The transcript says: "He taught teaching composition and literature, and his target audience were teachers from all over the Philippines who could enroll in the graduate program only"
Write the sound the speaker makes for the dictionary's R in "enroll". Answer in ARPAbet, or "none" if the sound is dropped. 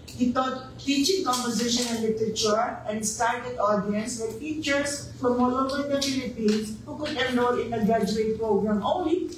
none